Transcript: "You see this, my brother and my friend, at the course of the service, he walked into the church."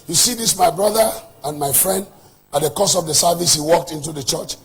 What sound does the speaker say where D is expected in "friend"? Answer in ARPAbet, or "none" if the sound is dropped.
D